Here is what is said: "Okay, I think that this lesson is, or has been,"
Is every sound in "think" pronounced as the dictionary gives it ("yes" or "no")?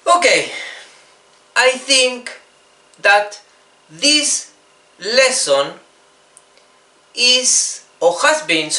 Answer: yes